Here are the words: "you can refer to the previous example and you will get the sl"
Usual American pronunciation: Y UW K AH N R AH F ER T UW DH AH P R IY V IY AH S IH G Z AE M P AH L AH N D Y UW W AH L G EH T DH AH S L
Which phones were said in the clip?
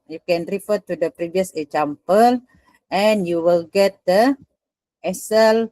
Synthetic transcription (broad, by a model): Y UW K AH N R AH F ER T UW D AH P R IY V IY AH S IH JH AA M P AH L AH N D Y UW W AH L G EH T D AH S L